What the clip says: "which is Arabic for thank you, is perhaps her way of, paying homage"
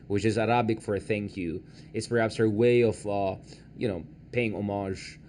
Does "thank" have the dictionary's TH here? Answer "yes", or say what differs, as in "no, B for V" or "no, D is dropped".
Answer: yes